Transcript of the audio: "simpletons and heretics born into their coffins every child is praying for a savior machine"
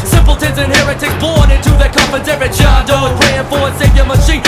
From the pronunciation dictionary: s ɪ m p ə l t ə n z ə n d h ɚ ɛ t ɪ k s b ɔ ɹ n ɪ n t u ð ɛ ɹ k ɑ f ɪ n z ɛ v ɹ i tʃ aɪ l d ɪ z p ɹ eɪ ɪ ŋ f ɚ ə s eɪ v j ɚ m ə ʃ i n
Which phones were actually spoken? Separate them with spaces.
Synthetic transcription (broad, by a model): s ɪ m p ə l t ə n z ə n h ɚ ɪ t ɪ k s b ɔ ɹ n ɪ n t u ð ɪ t k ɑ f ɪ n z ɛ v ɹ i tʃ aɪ d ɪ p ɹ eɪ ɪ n f ɚ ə s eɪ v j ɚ m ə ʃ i